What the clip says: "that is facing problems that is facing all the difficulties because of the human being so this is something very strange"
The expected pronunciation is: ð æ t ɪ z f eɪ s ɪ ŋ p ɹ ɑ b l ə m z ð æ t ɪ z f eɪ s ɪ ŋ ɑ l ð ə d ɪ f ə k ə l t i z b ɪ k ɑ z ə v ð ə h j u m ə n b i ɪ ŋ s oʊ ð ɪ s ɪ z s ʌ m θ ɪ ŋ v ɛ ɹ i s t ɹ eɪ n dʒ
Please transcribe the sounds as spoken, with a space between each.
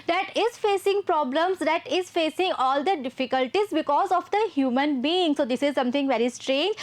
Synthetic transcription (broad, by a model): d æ t ɪ z f eɪ s ɪ ŋ p ɹ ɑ b l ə m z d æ t ɪ z f eɪ s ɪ ŋ ɑ l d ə d ɪ f ə k ə l t i z b ɪ k ɑ z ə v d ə h j u m ə n b i ɪ ŋ s oʊ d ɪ s ɪ z s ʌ m t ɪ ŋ v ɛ ɹ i s t ɹ eɪ n dʒ